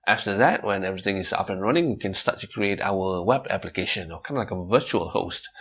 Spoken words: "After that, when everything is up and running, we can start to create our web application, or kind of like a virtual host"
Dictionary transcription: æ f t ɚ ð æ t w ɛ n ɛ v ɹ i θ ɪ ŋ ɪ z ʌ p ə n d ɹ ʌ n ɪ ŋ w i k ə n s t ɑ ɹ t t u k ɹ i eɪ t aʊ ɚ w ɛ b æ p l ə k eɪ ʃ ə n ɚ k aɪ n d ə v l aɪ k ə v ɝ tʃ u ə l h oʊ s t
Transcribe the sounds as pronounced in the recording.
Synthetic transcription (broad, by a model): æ f t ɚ ð æ t w ɛ n ɛ v ɹ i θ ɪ ŋ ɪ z ʌ p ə n ɹ ʌ n ɪ ŋ w i k ə n s t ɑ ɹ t t u k ɹ i eɪ t aʊ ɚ w ɛ b æ p l ə k eɪ ʃ ə n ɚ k aɪ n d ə l aɪ k ə v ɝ tʃ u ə l h oʊ s t